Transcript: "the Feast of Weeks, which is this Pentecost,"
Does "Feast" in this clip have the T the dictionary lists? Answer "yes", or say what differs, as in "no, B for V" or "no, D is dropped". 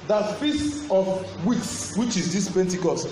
no, T is dropped